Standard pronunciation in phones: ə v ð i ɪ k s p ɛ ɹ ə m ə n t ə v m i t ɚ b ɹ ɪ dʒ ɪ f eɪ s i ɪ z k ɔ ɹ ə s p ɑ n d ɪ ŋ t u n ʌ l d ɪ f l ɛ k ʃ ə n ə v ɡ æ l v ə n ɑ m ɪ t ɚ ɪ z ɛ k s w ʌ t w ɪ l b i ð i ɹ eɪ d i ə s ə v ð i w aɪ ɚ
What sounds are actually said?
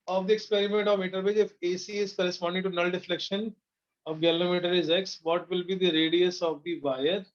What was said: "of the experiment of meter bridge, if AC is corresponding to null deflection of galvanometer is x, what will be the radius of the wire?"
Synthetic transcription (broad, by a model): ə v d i ɪ k s p ɛ ɹ ə m ə n t ə v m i t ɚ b ɛ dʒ ɪ f eɪ s i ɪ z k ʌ ɹ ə s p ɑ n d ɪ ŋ t u n ʌ l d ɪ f l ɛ k ʃ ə n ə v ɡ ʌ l ə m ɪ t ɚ ɪ z ɛ k s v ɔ t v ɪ l b i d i ɹ eɪ d i ə s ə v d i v aɪ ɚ